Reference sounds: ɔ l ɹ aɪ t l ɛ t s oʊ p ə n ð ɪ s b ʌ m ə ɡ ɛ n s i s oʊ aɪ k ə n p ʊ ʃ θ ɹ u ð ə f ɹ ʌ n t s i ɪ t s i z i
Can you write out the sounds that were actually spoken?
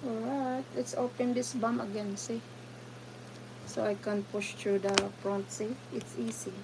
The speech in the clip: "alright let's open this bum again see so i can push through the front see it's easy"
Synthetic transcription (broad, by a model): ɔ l ɹ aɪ t l ɛ t s oʊ p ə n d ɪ s b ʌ m ə ɡ ɛ n s i s oʊ aɪ k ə n p ʊ ʃ t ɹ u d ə p ɹ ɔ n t s i ɪ t s i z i